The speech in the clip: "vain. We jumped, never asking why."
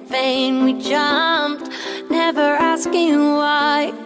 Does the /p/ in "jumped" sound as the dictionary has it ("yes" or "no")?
yes